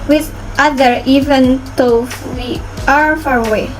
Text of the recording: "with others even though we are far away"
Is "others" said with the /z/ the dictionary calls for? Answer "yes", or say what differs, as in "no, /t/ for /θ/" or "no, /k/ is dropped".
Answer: no, /z/ is dropped